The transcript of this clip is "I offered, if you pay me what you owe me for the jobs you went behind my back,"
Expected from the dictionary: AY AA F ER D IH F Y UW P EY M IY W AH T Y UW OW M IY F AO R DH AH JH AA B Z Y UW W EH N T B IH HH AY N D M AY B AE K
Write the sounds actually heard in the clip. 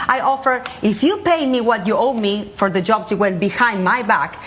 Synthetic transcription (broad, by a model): AY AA F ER IH F Y UW P EY M IY W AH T Y UW OW M IY F AO R DH AH JH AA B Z Y UW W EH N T B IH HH AY N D M AY B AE K